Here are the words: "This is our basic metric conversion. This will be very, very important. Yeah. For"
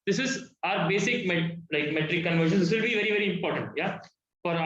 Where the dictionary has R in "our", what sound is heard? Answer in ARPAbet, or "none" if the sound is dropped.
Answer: R